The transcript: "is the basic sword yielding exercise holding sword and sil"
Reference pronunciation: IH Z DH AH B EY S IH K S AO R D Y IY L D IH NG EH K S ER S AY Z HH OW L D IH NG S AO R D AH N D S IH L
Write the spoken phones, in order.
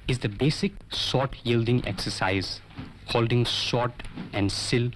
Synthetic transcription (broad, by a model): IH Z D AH B EY S IH K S AO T Y IY L D IH NG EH K S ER S AY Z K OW L D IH NG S AO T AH N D S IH L